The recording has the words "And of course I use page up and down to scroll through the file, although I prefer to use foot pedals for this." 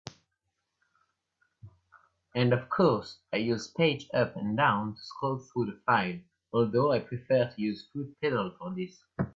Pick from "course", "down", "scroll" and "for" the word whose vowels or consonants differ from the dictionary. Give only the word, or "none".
scroll